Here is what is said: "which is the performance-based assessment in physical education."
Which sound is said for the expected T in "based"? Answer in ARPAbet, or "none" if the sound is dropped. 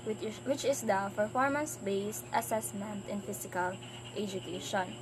T